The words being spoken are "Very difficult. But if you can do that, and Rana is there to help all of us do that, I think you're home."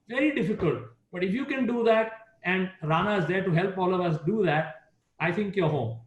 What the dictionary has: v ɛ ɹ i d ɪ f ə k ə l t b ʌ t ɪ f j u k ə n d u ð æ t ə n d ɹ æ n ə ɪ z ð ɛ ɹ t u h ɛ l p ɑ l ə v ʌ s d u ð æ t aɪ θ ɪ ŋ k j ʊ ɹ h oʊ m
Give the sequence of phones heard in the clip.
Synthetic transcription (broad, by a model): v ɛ ɹ i d ɪ f ə k ə l t b ʌ t ɪ f j u k ə n d u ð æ t ə n d ɹ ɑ n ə ɪ z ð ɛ ɹ t u h ɛ l p ɑ l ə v ʌ s d u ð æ t aɪ t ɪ ŋ k j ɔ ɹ h oʊ m